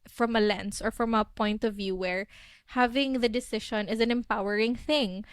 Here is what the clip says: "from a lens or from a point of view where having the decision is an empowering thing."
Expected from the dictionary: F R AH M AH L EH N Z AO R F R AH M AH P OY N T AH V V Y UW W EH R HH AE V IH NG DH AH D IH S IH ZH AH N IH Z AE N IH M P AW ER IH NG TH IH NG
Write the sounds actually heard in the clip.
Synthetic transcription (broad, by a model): F R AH M AH L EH N S AO R F R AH M AH P OY N T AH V V Y UW W EH R HH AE V IH NG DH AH D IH S IH SH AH N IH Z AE N IH M P AW ER IH NG TH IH NG